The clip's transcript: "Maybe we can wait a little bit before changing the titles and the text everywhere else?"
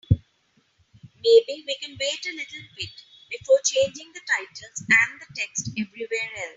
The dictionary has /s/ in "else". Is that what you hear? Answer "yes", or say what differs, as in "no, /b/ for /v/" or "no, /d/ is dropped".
no, /s/ is dropped